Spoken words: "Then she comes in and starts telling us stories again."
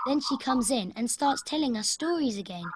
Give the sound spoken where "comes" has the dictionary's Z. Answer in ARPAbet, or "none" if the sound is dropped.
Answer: Z